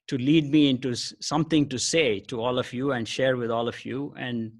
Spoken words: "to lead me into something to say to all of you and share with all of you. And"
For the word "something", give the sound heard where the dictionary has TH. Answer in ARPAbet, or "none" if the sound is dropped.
T